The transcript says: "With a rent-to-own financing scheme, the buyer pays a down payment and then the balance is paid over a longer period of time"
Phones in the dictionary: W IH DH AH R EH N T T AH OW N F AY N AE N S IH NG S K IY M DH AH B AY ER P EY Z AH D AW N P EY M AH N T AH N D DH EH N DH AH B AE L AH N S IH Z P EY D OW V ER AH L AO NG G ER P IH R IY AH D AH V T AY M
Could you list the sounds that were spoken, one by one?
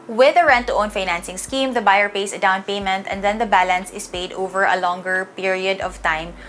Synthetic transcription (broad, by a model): W IH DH AH R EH N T T AH OW N F AY N AE N S IH NG S K IY M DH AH B AY ER P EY S AH D AW N P EY M AH N T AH N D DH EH N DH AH B AE L AH N S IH S P EY D OW V ER AH L AO NG G ER P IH R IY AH D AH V T AY M